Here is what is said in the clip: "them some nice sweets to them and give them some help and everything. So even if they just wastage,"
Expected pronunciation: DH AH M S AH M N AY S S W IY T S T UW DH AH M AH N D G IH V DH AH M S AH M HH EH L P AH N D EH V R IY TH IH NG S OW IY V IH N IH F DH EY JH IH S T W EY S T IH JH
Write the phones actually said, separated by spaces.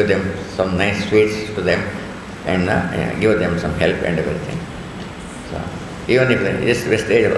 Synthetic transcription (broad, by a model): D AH M S AH M N AY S S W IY T S T UW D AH M AH N D G IH V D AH M S AH M HH EH L P AH N D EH V R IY T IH NG S OW IY V IH N IH F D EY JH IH S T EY S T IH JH